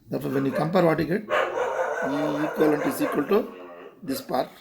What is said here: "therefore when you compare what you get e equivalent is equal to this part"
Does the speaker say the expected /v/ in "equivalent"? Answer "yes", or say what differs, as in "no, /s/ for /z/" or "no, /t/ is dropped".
no, /v/ is dropped